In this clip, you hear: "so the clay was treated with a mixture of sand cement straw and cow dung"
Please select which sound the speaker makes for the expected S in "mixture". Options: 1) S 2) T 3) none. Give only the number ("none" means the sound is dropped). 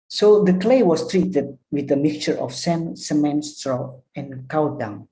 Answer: 3